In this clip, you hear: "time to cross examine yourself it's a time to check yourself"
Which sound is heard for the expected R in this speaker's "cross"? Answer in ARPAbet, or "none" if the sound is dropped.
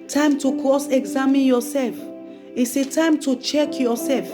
none